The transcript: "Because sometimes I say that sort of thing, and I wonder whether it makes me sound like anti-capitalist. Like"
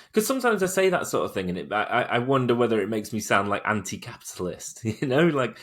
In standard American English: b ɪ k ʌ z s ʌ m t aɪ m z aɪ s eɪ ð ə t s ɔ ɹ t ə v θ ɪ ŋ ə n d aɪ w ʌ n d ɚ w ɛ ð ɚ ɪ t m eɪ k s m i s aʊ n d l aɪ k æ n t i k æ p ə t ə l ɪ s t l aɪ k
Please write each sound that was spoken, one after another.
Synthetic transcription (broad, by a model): k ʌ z s ʌ m t aɪ m z aɪ s eɪ ð ə t s ɔ ɹ t ə v θ ɪ ŋ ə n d aɪ w ʌ n d ɚ w ɛ ð ɚ ɪ t m eɪ k s m i s aʊ n d l aɪ k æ n t i k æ p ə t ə l ɪ s t l aɪ k